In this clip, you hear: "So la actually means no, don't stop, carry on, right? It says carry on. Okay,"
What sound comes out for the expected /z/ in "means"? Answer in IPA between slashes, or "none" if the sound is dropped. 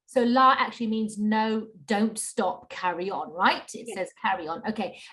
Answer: /z/